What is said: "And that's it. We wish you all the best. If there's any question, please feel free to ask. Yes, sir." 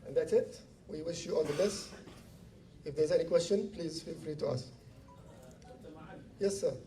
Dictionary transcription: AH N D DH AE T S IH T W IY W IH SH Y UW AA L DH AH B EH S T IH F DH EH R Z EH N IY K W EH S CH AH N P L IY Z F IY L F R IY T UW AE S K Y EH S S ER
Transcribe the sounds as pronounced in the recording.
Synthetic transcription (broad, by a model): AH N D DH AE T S IH T W IY W IH SH Y UW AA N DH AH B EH S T IH F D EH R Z EH N IY K W EH S CH AH N P L IY Z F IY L F R IY T UW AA S Y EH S S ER